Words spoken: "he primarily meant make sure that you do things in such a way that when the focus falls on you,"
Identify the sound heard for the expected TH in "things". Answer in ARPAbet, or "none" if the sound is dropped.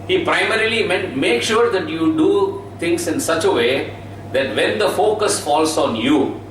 T